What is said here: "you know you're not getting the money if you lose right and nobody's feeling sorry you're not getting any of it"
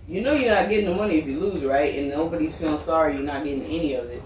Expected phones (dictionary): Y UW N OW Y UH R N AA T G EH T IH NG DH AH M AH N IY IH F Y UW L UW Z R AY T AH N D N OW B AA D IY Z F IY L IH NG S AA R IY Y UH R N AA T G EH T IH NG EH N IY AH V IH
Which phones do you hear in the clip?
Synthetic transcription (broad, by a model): Y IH N OW Y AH R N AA T G EH T IH NG DH AH M AH N IY IH F Y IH L UW Z R AY T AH N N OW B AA D IY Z F IY L IH NG S AA R IY Y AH R N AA T G EH T IH NG EH N IY AH V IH